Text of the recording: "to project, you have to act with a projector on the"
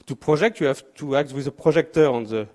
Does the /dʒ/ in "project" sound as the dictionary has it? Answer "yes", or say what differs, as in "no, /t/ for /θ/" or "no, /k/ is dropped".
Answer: no, /ʒ/ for /dʒ/